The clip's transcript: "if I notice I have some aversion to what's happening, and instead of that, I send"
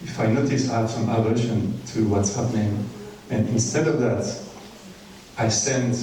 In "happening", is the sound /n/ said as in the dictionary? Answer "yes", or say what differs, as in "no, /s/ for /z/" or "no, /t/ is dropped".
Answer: yes